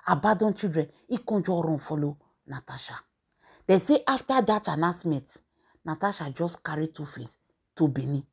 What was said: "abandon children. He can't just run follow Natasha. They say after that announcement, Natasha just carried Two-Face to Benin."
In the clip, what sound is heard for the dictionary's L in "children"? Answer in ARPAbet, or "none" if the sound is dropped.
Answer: none